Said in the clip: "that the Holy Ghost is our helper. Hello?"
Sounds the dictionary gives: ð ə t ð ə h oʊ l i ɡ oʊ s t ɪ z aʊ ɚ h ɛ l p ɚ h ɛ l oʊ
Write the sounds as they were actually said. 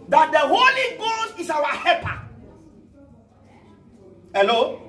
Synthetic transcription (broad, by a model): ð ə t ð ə h oʊ l i ɡ oʊ s t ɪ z aʊ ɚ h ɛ p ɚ h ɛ l oʊ